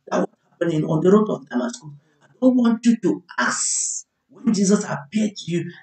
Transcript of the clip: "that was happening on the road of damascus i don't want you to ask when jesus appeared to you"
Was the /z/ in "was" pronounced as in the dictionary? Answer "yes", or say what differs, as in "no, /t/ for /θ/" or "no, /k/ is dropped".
no, /s/ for /z/